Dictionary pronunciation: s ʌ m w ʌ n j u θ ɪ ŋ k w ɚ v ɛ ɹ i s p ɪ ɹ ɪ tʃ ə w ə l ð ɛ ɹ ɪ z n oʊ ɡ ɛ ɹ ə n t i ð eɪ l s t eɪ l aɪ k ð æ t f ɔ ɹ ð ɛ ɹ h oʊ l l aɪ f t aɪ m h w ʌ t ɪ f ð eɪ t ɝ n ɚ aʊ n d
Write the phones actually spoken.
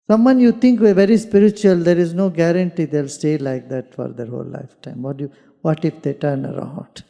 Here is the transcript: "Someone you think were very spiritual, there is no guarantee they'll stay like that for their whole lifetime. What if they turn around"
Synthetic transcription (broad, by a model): s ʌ m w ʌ n j u t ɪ ŋ k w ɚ v ɛ ɹ i s p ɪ ɹ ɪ tʃ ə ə l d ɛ ɹ ɪ z n oʊ ɡ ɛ ɹ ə n t i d eɪ l s t eɪ l aɪ k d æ t f ɔ ɹ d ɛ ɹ h oʊ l l aɪ f t aɪ m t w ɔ t ɪ f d eɪ t ɝ n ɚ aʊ n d